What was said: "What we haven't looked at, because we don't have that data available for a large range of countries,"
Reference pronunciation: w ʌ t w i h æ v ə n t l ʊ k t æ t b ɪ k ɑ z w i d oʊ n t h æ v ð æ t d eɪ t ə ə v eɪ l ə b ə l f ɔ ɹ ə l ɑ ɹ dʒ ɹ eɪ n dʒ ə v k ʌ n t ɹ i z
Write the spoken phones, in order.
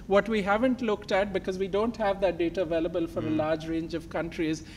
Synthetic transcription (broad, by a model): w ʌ t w i h æ v ə n t l ʊ k t æ t b ɪ k ɑ z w i d oʊ n t h æ v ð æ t d eɪ t ə ə v eɪ l ə b ə l f ɔ ɹ ə l ɑ ɹ dʒ ɹ eɪ n dʒ ə v k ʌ n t ɹ i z